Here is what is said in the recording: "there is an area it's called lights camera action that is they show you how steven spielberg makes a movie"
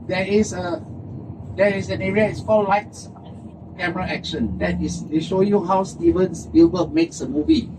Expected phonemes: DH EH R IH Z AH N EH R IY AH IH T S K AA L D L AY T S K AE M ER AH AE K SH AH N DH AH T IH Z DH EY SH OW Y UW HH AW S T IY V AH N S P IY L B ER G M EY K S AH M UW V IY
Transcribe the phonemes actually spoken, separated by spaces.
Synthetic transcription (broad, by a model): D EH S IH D AH N EH R IY AH IH T S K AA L L AY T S K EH M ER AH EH K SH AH N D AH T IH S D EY SH OW Y UW HH AW S T IY V AH N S B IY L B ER M EY K S AH M UW V IY